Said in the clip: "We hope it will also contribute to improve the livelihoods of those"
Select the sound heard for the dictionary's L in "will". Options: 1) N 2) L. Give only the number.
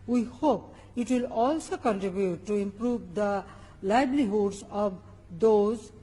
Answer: 2